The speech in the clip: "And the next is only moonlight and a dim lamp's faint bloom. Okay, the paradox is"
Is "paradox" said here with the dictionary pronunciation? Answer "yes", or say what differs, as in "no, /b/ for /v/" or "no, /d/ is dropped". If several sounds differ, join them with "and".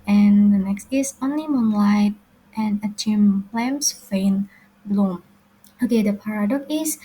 no, /s/ is dropped